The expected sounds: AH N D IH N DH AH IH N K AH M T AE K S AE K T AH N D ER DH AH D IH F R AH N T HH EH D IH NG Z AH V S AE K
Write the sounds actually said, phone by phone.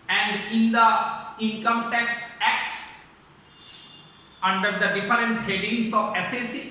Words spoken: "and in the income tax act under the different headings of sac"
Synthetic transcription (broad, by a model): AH N D IH N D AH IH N K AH M T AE K S AE K T AH N D ER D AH D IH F R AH N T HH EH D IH NG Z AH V S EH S